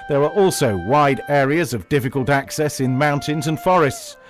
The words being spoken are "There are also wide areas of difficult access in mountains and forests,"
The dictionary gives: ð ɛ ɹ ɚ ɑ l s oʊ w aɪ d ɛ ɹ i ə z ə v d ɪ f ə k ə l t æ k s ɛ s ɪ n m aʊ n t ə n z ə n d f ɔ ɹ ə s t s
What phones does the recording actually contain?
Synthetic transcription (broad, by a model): ð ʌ ɹ ɚ ɑ l s oʊ w aɪ d ɛ ɹ i ə z ə v d ɪ f ə k ə l t æ k s ɛ s ɪ n m aʊ n t ə n z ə n f ɔ ɹ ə s t s